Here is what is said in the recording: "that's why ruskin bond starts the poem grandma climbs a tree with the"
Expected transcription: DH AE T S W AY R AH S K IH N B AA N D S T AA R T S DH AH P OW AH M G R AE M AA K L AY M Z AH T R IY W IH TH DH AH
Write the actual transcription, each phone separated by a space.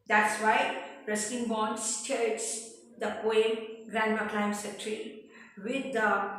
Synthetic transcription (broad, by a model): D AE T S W AY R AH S IH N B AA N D S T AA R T S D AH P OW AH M G R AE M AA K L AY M S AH T R IY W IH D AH